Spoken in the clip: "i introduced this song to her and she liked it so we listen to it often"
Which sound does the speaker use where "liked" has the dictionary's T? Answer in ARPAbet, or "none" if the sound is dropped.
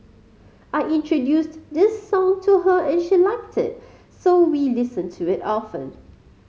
T